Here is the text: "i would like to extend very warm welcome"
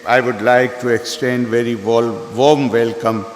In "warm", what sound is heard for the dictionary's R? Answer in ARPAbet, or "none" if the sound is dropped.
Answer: L